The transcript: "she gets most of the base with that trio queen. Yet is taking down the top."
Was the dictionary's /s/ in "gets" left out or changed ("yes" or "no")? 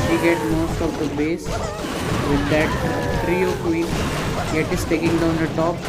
yes